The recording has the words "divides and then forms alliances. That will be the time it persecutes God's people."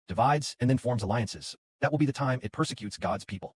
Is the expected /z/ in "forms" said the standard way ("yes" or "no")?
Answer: yes